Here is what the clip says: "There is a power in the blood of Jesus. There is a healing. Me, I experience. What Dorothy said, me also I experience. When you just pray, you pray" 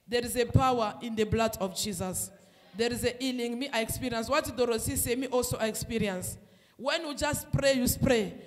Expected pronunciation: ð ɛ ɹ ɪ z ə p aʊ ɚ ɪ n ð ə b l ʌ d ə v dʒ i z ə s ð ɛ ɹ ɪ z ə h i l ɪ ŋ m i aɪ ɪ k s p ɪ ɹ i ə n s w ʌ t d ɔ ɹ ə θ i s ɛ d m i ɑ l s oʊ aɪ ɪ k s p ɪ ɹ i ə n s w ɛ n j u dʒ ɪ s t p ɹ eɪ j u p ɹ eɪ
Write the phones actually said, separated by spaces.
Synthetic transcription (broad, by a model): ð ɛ ɹ ɪ z ə p aʊ ɚ ɪ n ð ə b l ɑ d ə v dʒ i z ə s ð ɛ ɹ ɪ z ə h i l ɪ ŋ m i aɪ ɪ k s p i ɹ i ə n s w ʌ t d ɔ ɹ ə s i s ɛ m i ɑ l s oʊ aɪ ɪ k s p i ɹ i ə n s w ɛ n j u dʒ ɪ s t p ɹ eɪ j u p ɹ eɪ